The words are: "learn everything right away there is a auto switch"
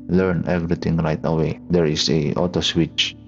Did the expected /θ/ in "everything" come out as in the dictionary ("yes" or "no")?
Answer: no